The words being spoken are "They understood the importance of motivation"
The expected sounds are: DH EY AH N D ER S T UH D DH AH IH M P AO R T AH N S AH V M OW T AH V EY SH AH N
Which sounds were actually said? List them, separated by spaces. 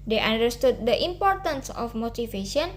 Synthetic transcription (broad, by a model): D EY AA N D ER S T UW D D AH IH M P AO R T AH N S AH F M OW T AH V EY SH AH N